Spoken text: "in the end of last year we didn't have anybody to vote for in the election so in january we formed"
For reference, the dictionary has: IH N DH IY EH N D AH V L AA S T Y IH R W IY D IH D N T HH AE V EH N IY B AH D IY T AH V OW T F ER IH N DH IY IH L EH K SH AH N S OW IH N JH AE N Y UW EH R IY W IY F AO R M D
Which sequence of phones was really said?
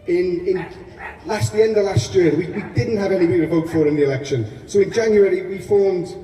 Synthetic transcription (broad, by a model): IH N DH IY EH N D AH V L AA S T Y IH W W IY D IH D N T HH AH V EH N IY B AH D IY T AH V OW T F ER IH N DH IY IH L EH K SH AH N S OW IH N JH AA N Y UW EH R IY W IY F AO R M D